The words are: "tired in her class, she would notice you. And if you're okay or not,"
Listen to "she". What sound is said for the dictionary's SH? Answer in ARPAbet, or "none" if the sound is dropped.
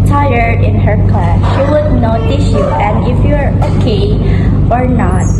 SH